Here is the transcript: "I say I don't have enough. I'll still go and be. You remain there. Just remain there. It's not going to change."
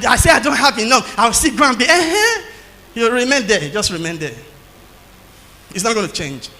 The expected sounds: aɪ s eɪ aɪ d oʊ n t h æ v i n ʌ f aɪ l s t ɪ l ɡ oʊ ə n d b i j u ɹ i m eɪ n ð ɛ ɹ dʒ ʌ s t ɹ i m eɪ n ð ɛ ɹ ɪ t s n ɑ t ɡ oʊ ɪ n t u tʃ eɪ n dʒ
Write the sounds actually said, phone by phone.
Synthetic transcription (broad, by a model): aɪ s eɪ aɪ d oʊ n t h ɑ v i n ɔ aɪ w s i ɡ oʊ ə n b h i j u ɹ i m eɪ n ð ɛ dʒ ʌ s t ɹ i m eɪ n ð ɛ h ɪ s n ɑ t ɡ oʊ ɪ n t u tʃ eɪ n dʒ